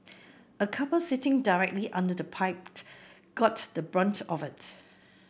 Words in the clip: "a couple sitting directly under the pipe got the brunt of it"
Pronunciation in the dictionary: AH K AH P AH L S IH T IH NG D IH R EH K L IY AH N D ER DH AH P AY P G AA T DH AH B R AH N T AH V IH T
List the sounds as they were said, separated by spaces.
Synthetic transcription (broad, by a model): AH K AH P AH L S IH T IH NG D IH R EH K L IY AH N D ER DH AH P AY P G AA T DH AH B R AH N T AH V IH T